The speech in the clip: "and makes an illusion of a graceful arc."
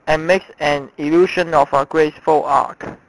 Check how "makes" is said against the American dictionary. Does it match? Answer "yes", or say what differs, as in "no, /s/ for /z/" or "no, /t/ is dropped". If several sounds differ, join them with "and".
yes